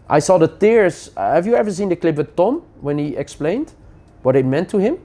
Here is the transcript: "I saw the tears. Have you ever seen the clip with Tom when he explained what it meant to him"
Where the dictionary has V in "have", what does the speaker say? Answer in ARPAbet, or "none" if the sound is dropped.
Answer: V